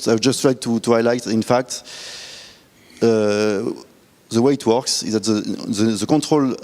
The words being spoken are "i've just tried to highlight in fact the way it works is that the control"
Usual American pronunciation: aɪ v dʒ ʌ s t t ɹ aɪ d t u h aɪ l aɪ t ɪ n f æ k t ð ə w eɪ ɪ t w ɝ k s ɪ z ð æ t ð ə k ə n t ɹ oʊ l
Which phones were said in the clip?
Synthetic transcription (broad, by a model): aɪ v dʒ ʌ s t t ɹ aɪ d t u h aɪ l aɪ t ɪ n f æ k t ð ə w eɪ ɪ t w ɝ k s ɪ z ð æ t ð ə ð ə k t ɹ oʊ l